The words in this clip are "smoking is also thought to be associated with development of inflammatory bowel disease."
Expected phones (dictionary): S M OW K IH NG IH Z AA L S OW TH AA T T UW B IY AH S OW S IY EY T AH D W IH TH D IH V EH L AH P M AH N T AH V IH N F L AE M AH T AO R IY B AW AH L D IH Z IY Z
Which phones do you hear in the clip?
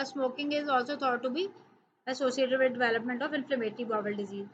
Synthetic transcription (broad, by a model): S M OW K IH NG IH Z AA L S OW T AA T T UW B IY AH S OW S IY EY T AH D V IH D D IH V EH L AH P M AH N T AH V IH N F L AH M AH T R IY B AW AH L D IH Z IY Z